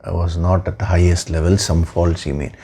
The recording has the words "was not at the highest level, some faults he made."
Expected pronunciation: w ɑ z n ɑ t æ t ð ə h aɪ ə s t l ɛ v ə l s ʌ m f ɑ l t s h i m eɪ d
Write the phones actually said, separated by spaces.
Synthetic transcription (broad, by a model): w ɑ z n ɑ t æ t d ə h aɪ ə s t l ɛ v ə l s ʌ m f ɑ l t s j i m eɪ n